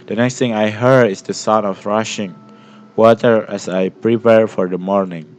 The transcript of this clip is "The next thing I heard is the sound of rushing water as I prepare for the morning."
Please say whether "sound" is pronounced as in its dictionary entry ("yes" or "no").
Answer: no